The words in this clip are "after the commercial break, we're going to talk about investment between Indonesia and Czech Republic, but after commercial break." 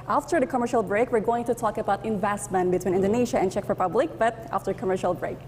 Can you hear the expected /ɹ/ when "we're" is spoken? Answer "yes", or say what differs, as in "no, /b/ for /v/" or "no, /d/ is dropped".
yes